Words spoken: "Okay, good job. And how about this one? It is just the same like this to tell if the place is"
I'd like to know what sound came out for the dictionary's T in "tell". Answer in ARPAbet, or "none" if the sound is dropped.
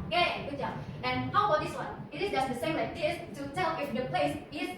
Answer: T